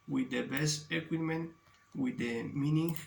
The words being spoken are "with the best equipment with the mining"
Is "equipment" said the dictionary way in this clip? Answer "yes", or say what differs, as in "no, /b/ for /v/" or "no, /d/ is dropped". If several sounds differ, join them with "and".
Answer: no, /p/ is dropped